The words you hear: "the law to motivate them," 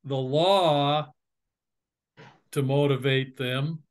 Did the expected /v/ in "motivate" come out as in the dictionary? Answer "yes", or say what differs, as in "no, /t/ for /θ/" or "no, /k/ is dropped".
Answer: yes